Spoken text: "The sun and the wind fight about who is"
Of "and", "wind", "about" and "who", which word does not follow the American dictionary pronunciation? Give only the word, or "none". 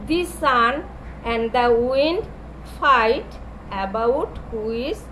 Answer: none